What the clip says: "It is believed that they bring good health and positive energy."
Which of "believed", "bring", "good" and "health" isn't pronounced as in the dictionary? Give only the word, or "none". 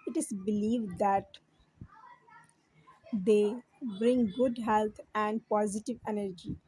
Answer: health